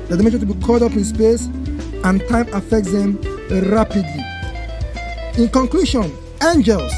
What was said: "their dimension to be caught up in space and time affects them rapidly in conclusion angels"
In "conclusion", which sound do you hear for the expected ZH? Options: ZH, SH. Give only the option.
SH